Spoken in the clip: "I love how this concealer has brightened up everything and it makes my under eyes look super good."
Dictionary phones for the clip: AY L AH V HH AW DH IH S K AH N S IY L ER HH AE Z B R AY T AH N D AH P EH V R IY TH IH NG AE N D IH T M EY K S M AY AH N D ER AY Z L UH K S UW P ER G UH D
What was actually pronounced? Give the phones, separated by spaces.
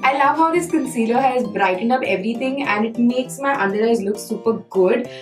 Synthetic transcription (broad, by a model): AY L AH V HH AW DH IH S K AH N S IY L ER HH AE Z B R AY T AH N AH P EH V R IY T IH NG AE N D IH T M EY K S M AY AH N D ER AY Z L UH K S UW P ER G UH D